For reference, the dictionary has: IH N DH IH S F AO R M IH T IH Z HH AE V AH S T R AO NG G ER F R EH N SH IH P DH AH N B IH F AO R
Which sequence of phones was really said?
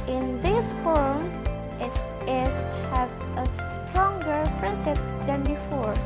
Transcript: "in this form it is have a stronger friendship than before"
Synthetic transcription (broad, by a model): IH N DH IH S F AO R M IH T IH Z HH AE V AH S T R AO NG G ER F R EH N S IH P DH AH N B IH F AO R